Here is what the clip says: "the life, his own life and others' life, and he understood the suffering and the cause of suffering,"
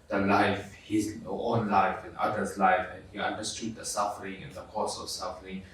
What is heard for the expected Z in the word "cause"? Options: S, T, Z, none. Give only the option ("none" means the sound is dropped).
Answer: S